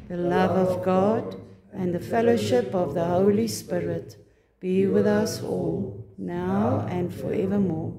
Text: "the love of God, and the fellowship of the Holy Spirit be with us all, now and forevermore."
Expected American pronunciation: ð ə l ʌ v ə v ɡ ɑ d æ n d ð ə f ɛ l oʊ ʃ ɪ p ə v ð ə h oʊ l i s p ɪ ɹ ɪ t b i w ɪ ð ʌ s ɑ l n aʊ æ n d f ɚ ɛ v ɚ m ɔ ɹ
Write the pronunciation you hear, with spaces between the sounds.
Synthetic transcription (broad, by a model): ð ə l ʌ v ə v ɡ ɑ d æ n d ð ə f ɛ l oʊ ʃ ɪ p ə v ð ə h oʊ l i s p ɪ ɹ ɪ t b i w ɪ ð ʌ s ɑ l n aʊ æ n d f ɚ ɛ v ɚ m ɔ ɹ